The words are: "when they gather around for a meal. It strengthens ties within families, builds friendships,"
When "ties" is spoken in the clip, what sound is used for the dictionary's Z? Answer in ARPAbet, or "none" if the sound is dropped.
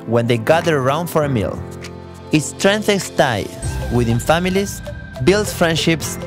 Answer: none